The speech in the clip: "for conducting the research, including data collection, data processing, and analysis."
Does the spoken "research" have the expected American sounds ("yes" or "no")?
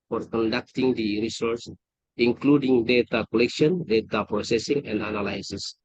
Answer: no